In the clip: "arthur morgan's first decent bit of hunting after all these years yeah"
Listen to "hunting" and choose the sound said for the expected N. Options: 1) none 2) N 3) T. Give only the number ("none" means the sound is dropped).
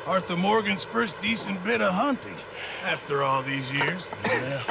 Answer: 2